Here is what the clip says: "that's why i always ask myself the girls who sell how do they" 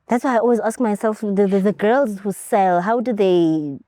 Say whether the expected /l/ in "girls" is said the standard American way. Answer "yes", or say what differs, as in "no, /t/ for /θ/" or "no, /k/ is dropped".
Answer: yes